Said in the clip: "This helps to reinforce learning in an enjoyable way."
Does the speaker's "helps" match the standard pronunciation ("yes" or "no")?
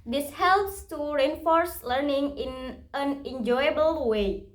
yes